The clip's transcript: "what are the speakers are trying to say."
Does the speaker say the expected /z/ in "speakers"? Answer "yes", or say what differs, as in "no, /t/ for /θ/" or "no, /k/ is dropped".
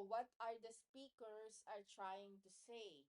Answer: no, /s/ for /z/